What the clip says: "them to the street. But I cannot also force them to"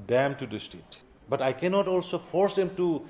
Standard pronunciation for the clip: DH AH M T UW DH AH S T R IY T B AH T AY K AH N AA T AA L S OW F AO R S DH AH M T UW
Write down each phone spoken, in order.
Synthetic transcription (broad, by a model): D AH M T UW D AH S T IY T B AH T AY K AH N AA T AA L S OW F AO R S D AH M T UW